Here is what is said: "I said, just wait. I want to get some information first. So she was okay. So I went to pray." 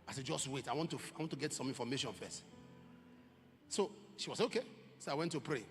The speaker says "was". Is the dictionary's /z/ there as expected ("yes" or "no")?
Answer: no